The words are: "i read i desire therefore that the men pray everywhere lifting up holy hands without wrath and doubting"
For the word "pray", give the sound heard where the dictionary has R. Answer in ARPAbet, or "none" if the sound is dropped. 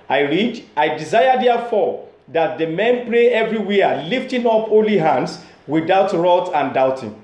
L